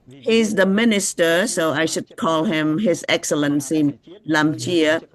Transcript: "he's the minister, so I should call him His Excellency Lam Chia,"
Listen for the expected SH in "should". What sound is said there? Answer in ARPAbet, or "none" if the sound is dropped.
SH